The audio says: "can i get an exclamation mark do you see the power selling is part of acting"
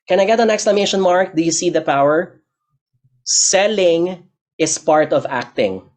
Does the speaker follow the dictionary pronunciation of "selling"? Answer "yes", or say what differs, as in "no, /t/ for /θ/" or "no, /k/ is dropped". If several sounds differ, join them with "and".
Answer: yes